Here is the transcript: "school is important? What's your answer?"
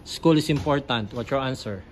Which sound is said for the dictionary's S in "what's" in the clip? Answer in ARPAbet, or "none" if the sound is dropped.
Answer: none